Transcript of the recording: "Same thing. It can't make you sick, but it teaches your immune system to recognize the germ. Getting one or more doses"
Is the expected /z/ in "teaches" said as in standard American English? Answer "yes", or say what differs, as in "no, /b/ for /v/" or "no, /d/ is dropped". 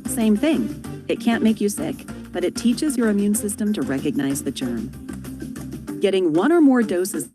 yes